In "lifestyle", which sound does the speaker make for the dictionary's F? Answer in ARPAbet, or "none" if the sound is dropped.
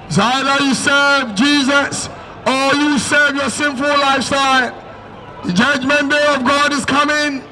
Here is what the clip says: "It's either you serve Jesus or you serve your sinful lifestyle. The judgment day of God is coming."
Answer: F